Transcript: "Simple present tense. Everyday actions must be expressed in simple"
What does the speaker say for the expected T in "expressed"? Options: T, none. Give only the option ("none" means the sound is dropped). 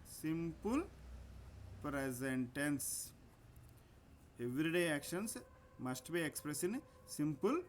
none